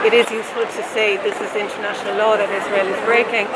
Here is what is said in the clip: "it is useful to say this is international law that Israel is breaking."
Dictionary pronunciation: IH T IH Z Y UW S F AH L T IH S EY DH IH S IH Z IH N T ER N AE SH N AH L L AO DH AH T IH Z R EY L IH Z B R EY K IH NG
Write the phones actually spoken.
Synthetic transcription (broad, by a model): IH T IH Z Y UW S F AH L T IH S EY DH IH S IH Z IH N T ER N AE SH N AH L L AO DH AH T IH Z R EY L IH Z B R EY K IH NG